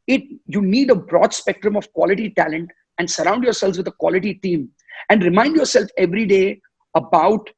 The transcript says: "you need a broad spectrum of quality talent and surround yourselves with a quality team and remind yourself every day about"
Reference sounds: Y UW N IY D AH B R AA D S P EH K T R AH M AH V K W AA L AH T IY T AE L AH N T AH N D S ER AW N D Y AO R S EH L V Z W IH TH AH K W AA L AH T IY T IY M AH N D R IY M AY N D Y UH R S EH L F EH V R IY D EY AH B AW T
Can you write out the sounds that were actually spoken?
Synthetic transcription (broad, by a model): Y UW N IY D AH B R AA D S P EH K T R AH M AH V K W AA L AH T IY T AE L AH N T AH N D S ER AW N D Y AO R S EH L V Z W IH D AH K W AA L AH T IY T IY M AH N D R IY M AY N D Y UH R S EH L F EH V R IY D EY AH B AW T